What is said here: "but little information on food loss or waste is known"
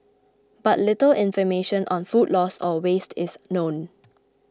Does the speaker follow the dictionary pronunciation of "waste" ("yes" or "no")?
yes